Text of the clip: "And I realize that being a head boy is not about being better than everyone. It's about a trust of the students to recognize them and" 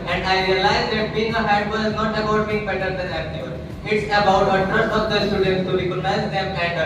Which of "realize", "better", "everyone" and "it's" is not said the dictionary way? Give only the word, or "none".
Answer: everyone